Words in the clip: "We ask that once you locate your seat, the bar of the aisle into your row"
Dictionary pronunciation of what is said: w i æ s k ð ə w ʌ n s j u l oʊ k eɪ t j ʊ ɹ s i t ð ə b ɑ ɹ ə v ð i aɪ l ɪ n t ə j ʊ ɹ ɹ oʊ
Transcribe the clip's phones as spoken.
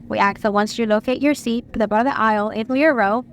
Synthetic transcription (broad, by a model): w i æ k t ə w ʌ n s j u l oʊ k eɪ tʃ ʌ ɹ s i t ð ə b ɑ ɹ ə v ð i aɪ l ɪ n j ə ɹ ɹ oʊ